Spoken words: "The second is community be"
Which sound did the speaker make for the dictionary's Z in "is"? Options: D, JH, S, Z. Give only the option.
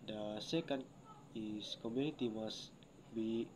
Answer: S